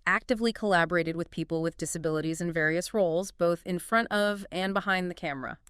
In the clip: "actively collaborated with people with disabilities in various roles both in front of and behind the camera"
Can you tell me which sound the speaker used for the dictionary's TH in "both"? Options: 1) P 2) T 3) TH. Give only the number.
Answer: 3